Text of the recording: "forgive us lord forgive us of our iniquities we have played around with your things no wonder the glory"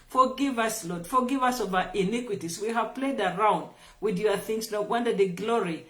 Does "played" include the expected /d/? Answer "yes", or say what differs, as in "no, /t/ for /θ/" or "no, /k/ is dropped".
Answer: yes